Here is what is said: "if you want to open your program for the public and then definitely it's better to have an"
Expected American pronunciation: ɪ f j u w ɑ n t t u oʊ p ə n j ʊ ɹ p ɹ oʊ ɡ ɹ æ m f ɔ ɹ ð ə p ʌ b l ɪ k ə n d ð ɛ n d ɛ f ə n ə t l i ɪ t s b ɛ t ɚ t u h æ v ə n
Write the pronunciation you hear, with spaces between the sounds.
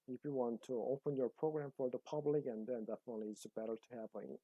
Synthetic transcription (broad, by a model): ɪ f j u w ɑ n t t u oʊ p ə n j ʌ ɹ p ɹ oʊ ɡ ɹ æ m f ɔ ɹ ð ə p ʌ b l ɪ k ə n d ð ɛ n d ɛ f ə n ə t l i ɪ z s b ɛ t ɚ t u h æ p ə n